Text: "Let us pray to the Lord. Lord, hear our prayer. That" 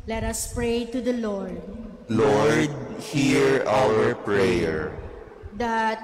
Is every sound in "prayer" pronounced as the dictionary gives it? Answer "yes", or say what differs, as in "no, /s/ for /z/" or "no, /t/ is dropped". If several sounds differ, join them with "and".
yes